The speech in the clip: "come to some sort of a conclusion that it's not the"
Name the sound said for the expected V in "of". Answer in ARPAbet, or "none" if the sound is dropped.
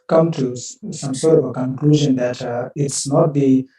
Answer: B